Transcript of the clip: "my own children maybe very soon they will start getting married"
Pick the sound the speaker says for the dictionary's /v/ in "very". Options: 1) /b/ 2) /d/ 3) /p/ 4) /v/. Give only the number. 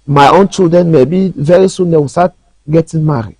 4